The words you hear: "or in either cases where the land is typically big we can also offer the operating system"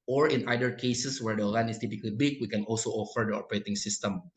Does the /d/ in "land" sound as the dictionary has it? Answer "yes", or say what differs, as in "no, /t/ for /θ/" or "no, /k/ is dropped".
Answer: no, /d/ is dropped